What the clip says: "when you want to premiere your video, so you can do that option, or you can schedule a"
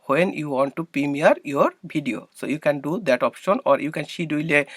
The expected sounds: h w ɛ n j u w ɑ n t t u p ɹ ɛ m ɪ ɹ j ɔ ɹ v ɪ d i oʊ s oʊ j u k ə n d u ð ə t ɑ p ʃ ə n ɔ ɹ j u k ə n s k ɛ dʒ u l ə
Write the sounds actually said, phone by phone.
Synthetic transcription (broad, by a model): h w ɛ n j u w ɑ n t t u p ɹ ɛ m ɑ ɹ j ɔ ɹ b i d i oʊ s oʊ j u k ə n d u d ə t ɑ p ʃ ə n ɔ ɹ j u k ə n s i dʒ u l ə